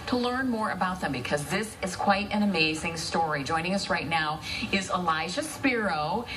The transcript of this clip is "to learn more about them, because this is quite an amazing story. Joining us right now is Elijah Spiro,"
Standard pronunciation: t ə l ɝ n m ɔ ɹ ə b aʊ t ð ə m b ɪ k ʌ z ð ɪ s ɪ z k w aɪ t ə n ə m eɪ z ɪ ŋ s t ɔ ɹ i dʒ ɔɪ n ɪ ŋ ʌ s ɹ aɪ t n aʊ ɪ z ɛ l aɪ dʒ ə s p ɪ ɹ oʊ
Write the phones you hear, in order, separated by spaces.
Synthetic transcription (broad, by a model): t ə l ɝ n m ɔ ɹ ə b aʊ t ð ə m b ɪ k ʌ z ð ɪ s ɪ z k w aɪ t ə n ə m eɪ z ɪ ŋ s t ɔ ɹ i dʒ ɔɪ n ɪ ŋ ʌ s ɹ aɪ t n aʊ ɪ z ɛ l aɪ ʃ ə s p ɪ ɹ oʊ